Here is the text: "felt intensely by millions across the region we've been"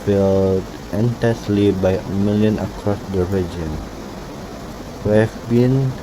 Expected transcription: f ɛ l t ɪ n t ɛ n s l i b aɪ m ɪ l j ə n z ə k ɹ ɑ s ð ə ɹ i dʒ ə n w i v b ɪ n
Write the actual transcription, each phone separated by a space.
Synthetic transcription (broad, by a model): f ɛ l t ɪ n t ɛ s l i b aɪ m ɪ l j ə n ə k ɹ ɑ s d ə ɹ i dʒ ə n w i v b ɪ n